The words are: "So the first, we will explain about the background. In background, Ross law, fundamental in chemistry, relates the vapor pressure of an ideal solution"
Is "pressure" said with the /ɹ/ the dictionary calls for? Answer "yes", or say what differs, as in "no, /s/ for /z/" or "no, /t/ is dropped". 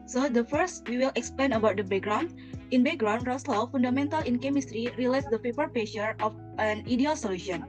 no, /ɹ/ is dropped